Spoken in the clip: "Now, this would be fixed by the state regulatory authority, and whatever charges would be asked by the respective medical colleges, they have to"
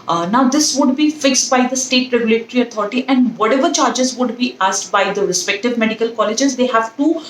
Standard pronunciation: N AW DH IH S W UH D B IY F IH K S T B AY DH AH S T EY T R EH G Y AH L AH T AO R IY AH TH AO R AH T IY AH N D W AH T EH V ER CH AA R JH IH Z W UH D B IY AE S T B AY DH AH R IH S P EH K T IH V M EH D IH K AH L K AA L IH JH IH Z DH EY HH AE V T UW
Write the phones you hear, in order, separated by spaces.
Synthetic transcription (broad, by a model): N AW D IH S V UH D B IY F IH K S T B AY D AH S T EY T R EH G Y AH L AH T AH R IY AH T AO R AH T IY AH N D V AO T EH V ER CH AA R JH IH Z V UH D B IY AE S T B AY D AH R IH S P EH K T IH V M EH D IH K AH L K AA L IH JH IH Z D EY HH AE V T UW